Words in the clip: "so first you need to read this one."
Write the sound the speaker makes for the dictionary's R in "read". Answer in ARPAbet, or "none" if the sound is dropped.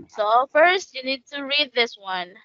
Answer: R